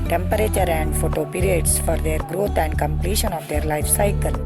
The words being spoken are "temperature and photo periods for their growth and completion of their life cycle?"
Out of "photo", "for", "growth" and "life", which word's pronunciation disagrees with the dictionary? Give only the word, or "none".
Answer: growth